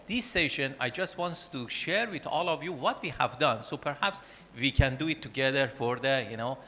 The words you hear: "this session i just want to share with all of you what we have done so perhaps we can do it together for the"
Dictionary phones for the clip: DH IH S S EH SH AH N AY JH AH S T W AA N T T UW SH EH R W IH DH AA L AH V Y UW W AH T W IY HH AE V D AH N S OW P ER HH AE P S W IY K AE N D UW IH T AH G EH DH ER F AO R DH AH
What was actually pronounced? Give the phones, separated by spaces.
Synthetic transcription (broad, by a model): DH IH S S EH SH AH N AY JH AH S T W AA N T T UW SH EH R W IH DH AA L AH V Y UW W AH T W IY HH AE V D AH N S OW P ER HH AE P S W IY K AE N D UW IH T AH G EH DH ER F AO R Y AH